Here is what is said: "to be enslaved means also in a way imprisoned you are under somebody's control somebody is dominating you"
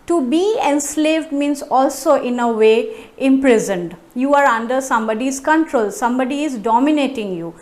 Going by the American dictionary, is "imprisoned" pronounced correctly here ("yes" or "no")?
yes